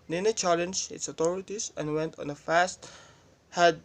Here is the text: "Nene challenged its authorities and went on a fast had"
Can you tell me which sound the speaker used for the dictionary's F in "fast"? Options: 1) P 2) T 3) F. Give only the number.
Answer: 3